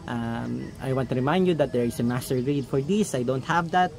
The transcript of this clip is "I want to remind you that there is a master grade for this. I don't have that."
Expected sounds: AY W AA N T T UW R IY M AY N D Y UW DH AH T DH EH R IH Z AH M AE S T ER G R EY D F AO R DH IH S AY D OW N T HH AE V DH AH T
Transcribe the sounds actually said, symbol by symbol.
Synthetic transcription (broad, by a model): AY W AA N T T UW R IY M AY N D Y UW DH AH T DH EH R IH S AH M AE S T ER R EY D F AO R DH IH S AY D OW N T HH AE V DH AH T